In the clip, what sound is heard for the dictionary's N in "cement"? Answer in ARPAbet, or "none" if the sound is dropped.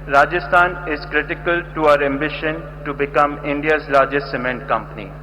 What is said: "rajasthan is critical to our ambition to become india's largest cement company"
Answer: N